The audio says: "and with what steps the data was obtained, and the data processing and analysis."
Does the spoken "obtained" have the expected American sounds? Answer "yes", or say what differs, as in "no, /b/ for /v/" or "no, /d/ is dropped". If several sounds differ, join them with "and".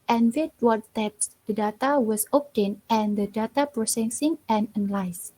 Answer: no, /d/ is dropped